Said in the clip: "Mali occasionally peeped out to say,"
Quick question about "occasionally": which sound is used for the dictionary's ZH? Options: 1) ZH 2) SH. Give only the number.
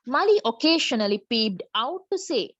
2